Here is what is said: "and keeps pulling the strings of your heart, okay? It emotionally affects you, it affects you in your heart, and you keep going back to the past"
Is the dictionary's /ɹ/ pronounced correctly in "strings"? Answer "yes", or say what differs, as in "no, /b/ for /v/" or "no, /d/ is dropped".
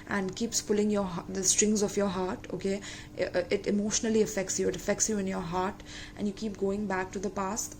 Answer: yes